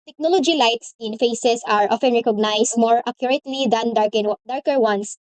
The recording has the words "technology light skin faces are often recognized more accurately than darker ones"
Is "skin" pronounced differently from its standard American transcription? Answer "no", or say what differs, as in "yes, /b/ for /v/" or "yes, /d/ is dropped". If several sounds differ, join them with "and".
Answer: yes, /k/ is dropped